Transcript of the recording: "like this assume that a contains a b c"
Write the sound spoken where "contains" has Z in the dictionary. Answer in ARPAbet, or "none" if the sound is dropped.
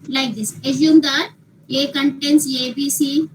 S